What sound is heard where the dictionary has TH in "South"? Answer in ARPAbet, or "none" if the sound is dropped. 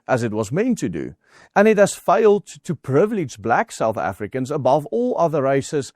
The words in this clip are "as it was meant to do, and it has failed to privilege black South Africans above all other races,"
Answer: TH